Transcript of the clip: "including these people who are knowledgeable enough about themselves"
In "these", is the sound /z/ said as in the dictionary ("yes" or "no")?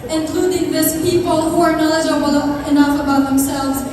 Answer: no